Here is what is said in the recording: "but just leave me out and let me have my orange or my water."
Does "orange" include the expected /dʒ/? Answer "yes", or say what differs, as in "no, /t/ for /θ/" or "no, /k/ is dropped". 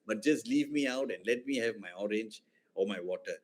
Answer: yes